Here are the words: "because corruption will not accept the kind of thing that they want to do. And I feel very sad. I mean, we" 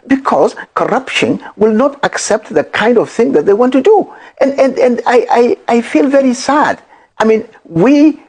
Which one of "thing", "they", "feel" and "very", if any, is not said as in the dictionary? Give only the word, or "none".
none